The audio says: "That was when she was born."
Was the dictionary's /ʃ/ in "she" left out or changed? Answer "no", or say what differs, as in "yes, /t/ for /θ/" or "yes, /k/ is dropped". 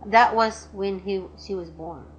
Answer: no